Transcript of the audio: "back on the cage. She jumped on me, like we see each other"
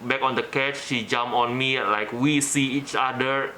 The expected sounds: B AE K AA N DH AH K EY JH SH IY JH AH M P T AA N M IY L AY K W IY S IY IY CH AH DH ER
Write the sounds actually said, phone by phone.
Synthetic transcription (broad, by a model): B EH K AA N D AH K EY CH SH IY JH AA M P AA N M IY L AY K W IY S IY IY CH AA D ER